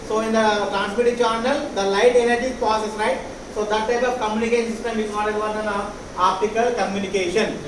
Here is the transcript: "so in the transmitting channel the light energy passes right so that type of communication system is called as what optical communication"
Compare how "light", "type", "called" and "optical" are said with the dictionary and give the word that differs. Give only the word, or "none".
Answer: called